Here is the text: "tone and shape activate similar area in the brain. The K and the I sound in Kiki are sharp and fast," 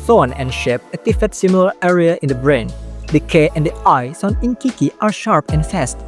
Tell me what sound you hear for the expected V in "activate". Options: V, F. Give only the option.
F